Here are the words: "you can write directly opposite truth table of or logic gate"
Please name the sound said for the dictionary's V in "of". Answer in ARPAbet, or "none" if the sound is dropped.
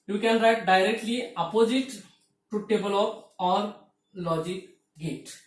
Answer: P